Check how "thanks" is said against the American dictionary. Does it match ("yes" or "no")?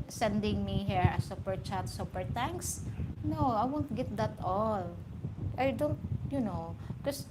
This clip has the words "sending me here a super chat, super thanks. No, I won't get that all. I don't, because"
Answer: no